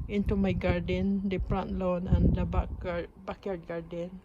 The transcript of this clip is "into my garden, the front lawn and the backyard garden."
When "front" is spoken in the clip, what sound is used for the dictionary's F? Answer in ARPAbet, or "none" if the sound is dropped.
P